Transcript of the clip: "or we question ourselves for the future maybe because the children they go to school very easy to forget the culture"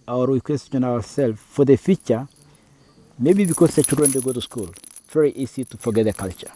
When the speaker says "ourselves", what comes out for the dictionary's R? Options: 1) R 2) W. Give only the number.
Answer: 2